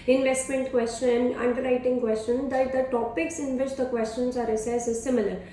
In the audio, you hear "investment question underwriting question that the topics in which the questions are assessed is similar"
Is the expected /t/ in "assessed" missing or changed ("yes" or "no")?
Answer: yes